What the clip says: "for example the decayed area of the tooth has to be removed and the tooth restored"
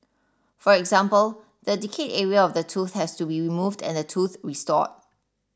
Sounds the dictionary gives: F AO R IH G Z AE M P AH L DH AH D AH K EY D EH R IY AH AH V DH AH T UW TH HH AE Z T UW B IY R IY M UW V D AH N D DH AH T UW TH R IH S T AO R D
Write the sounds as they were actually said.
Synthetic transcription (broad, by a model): F AO R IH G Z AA M P AH L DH AH D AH K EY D EH R IY AH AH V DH AH T UW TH HH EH S T UW B IY R IY M UW V D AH N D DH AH T UW TH R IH S T AO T